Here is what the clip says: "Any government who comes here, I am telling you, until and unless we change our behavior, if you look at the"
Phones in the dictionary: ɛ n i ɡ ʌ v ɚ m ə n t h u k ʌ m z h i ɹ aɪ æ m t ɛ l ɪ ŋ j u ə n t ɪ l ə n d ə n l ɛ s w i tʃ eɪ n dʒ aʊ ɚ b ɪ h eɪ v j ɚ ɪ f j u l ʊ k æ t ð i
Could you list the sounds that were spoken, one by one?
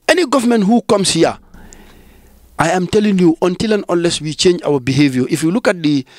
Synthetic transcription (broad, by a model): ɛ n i ɡ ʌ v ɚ m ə n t h u k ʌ m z h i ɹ aɪ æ m t ɛ l ɪ ŋ j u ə n t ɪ l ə n ə n l ɛ s w i tʃ eɪ n dʒ aʊ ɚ b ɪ h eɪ v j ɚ ɪ f j u l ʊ k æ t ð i